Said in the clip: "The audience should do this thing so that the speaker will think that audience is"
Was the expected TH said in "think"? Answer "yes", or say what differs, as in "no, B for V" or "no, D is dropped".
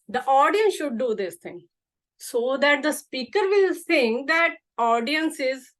no, S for TH